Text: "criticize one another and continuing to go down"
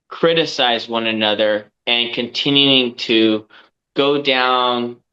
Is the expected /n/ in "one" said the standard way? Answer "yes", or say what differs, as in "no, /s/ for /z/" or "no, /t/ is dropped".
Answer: yes